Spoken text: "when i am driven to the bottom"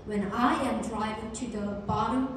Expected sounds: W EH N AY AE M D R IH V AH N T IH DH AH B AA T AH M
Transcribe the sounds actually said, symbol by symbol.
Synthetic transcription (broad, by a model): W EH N AY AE M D R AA AH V T IH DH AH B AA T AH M